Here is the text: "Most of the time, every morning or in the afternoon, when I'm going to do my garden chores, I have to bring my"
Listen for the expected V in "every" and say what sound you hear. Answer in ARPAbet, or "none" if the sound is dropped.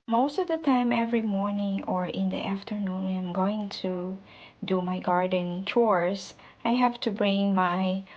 V